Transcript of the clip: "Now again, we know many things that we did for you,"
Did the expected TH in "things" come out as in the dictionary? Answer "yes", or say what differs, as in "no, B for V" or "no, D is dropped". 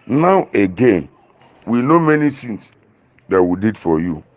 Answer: no, S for TH